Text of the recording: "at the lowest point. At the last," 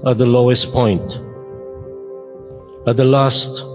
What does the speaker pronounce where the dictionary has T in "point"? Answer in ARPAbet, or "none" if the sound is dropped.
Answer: T